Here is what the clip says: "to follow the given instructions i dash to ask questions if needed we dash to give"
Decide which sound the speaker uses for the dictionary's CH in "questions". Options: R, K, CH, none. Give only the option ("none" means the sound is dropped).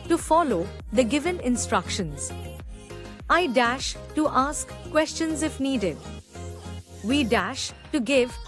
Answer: CH